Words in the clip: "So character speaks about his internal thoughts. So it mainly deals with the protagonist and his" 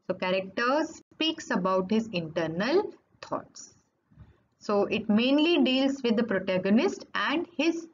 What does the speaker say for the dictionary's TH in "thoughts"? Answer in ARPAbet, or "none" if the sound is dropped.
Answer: T